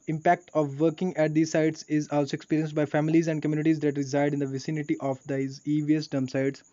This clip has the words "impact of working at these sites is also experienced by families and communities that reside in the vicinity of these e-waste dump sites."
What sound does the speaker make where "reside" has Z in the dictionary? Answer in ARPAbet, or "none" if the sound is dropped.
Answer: Z